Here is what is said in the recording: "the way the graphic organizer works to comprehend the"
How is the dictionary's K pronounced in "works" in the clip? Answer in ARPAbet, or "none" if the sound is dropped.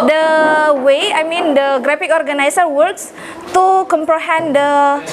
K